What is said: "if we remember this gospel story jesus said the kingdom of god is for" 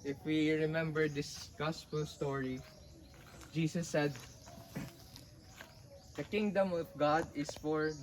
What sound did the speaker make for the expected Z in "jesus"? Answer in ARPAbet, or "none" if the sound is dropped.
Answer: S